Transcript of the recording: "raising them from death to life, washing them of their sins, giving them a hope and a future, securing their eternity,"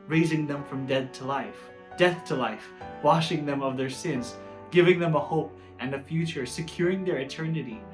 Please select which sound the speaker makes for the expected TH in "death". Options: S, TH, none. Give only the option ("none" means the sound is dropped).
TH